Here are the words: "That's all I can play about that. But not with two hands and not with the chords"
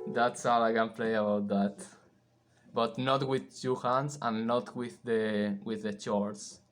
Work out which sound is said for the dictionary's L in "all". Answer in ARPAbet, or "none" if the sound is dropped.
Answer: W